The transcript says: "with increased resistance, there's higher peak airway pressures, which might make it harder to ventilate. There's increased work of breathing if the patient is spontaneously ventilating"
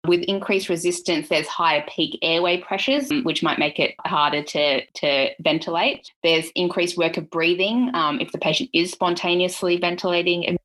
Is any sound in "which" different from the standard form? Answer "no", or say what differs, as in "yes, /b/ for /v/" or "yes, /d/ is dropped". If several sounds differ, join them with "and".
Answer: no